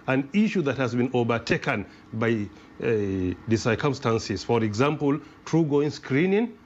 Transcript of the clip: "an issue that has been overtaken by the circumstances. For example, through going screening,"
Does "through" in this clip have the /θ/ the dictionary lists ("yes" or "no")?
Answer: no